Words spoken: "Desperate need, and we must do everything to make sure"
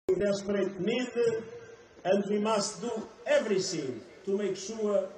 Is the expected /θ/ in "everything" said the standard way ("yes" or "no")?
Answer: no